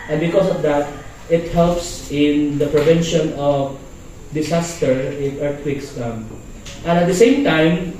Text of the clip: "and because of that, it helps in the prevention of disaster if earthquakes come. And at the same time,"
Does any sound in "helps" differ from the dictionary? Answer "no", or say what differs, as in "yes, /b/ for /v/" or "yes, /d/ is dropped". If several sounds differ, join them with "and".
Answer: no